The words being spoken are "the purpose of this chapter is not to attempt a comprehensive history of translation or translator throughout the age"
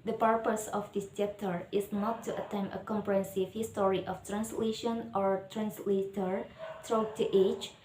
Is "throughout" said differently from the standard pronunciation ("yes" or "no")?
yes